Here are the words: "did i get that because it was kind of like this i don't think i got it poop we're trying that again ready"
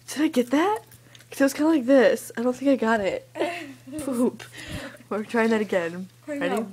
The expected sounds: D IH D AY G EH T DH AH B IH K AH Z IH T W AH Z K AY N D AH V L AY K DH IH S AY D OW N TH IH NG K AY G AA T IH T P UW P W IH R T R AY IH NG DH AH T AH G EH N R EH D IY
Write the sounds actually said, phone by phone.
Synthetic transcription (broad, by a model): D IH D AY G EH T DH AH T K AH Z IH T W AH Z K AY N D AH L AY K DH IH S AY D OW N TH IH NG K AY G AA T IH T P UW P W IH R T R AY IH NG DH AH T AH G EH N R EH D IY